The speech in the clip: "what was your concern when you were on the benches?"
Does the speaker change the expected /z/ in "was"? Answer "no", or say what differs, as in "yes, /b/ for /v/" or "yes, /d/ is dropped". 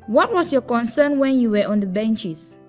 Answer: yes, /s/ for /z/